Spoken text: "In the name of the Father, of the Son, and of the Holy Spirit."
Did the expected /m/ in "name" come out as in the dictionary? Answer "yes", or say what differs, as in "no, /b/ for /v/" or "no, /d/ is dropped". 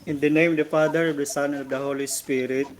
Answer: yes